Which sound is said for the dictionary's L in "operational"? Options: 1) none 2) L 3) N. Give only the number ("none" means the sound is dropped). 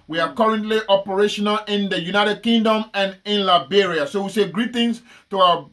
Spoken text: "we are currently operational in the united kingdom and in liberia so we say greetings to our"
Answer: 2